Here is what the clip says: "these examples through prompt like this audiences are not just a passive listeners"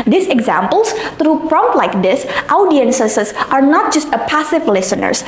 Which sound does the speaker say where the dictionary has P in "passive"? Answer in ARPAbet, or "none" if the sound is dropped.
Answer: P